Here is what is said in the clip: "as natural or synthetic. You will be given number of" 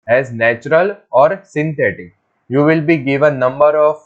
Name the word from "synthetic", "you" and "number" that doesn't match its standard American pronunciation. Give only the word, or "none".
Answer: synthetic